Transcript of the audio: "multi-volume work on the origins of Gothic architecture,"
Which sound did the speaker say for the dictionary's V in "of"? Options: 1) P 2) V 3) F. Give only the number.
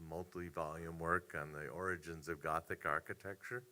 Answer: 2